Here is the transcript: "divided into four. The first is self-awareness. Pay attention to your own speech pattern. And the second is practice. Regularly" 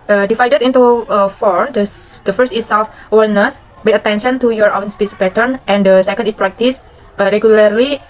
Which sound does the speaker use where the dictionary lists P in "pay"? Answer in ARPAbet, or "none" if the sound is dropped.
B